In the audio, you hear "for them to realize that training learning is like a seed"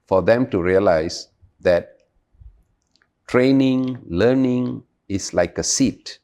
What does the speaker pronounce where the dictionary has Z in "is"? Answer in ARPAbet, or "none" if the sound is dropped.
S